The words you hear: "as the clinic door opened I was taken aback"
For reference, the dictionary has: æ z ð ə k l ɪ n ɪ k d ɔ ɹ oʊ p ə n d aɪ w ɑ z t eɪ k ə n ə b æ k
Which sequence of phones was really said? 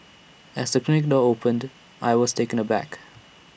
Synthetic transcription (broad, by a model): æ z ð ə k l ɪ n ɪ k d ɔ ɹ oʊ p ə n d aɪ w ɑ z t eɪ k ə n ə b æ k